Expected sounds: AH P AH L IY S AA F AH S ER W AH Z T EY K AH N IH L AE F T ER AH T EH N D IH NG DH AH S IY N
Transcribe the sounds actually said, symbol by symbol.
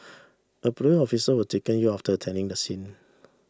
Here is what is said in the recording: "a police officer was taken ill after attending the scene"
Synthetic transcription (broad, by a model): AH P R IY AA F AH S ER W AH T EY K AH N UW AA F T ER AH T EH N D IH NG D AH S IY N